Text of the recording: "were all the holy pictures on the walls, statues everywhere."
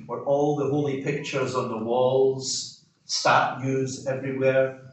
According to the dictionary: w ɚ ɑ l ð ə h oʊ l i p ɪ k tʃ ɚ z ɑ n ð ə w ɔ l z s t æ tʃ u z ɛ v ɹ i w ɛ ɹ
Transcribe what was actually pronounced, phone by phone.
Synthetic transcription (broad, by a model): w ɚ ɑ l ð ə h oʊ l i p ɪ k tʃ ɚ z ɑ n ð ə w ɔ l z s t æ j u z ɛ v ɹ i w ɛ ɹ